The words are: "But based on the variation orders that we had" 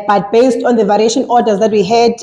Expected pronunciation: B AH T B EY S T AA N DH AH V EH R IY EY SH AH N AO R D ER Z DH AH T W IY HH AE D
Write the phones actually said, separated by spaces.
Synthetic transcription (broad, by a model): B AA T B EY S T AA N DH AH V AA R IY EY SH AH N AO D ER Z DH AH T W IY HH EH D